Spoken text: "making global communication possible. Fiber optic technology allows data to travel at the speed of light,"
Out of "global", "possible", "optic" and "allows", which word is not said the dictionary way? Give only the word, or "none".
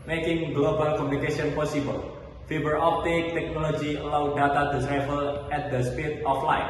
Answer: allows